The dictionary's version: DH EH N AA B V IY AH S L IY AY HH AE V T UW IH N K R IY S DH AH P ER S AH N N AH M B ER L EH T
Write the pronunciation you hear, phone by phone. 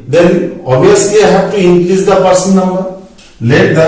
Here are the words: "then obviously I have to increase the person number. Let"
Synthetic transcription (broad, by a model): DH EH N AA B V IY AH S L IY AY HH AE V T UW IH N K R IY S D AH P ER S AH N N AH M ER L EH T